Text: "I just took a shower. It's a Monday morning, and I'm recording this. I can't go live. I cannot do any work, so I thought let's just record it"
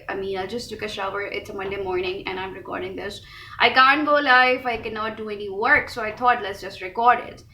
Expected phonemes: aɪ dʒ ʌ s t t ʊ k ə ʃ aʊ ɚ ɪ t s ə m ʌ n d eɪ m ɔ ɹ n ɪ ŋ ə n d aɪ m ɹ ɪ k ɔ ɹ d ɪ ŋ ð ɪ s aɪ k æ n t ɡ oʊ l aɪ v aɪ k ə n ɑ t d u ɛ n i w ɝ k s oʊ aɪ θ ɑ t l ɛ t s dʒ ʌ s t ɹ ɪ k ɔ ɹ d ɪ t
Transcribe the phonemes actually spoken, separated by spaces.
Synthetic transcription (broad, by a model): aɪ dʒ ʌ s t t ʊ k ə ʃ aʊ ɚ ɪ t s ə m ʌ n d eɪ m ɔ ɹ n ɪ ŋ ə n aɪ m ɹ ɪ k ɔ ɹ d ɪ ŋ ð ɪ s aɪ k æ n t ɡ oʊ l aɪ f aɪ k ə n ɑ t d u ɛ n i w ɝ k s oʊ aɪ t ɑ t l ɛ t s dʒ ʌ s t ɹ ɪ k ɔ ɹ d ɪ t